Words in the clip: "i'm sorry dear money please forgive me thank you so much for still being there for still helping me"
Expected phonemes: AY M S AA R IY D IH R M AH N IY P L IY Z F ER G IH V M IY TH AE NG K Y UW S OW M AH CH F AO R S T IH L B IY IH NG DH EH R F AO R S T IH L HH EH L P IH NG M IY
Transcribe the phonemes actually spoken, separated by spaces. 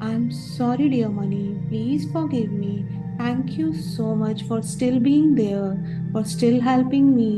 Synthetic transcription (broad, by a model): AY M S AA R IY D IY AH M AH N IY P L IY Z F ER G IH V M IY T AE NG K Y UW S OW M AH CH F AO R S T IH L B IY IH NG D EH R F AO R S T IH L HH EH L P IH NG M IY